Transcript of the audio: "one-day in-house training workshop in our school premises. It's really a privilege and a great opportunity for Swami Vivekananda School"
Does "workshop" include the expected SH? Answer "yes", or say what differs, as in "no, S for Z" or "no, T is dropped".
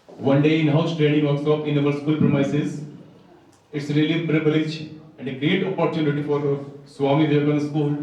no, S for SH